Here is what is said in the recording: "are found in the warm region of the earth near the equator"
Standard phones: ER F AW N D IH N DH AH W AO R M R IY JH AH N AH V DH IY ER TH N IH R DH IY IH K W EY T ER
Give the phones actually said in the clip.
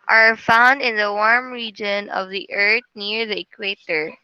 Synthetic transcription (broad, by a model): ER F AW N D IH N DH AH W AO R M R IY JH AH N AH V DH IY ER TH N IH R DH IY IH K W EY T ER